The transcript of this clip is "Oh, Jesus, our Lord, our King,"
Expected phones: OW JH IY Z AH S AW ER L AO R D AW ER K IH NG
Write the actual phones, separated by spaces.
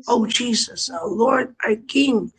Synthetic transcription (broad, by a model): OW JH IY Z AH S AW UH L AO R D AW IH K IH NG